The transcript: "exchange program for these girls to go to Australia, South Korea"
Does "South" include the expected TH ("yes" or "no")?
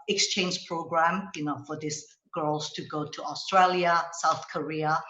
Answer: yes